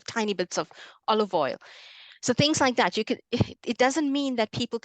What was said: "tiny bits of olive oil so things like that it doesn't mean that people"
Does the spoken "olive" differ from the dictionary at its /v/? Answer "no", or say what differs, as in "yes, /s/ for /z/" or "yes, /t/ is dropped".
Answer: no